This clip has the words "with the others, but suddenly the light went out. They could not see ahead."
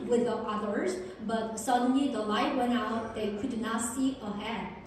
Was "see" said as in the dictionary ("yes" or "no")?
yes